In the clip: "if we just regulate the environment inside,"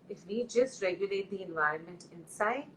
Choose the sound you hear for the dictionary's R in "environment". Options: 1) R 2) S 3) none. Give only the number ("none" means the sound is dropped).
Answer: 1